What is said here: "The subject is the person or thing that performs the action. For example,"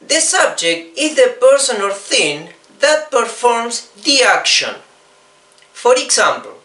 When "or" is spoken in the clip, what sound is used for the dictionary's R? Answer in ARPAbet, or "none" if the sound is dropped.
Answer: L